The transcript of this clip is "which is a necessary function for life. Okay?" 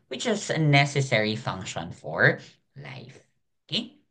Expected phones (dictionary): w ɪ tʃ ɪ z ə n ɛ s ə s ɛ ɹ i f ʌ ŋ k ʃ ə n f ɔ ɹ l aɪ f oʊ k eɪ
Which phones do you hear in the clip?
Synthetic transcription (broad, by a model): w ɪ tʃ ɪ z ə n ɛ s ə s ɛ ɹ i f ʌ ŋ k ʃ ə n f ɔ ɹ l aɪ f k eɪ